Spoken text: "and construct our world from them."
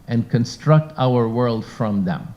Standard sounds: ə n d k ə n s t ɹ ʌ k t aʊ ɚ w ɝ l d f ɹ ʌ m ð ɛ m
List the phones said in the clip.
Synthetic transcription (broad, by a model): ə n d k ə n s t ɹ ʌ k t aʊ ɚ w ɝ l d f ɹ ʌ m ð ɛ m